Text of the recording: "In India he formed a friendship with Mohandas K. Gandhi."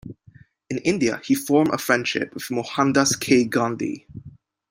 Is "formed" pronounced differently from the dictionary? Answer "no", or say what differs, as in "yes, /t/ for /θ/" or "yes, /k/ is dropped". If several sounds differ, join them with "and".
yes, /d/ is dropped